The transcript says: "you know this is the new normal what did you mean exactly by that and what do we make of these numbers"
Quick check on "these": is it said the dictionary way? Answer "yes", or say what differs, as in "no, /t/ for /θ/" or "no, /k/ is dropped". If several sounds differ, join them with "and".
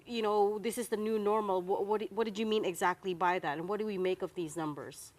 yes